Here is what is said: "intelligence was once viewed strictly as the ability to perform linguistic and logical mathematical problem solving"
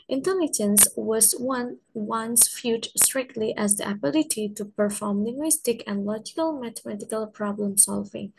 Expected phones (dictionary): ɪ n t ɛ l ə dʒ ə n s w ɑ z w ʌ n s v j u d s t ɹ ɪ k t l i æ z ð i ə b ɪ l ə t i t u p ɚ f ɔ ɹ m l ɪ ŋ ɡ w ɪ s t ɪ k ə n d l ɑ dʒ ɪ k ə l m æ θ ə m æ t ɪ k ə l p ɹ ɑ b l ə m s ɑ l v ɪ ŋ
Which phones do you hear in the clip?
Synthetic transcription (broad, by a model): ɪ n t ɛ l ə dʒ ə n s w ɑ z w ʌ n s f j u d s t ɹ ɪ k t l i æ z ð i ə b ɪ l ə t i t u p ɚ f ɔ ɹ m l ɪ ŋ ɡ w ɪ s t ɪ k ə n l ɑ dʒ ɪ k ə l m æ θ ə m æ t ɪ k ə l p ɹ ɑ b l ə m s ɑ l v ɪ ŋ